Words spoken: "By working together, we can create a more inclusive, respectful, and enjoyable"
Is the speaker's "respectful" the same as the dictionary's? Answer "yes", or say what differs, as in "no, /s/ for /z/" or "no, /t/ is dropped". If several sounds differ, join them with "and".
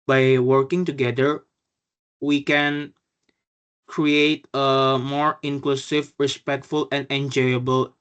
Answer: yes